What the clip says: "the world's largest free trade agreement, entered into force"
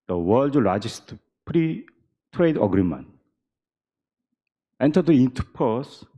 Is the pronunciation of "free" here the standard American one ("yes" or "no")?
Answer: no